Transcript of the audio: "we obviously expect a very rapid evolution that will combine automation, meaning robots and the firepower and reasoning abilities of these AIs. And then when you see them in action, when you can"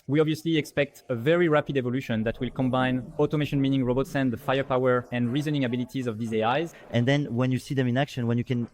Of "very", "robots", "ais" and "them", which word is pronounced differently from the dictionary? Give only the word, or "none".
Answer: none